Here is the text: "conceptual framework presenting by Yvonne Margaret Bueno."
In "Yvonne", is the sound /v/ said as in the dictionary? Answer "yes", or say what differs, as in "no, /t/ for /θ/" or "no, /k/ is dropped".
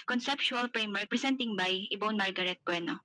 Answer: no, /b/ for /v/